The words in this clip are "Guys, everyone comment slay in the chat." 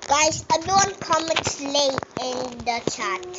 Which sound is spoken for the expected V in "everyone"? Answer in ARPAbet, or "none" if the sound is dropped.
B